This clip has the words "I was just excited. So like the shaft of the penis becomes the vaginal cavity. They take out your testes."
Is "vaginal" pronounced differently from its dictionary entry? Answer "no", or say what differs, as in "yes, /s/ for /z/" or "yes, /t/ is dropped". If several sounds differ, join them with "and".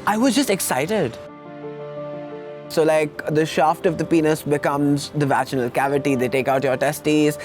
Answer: yes, /tʃ/ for /dʒ/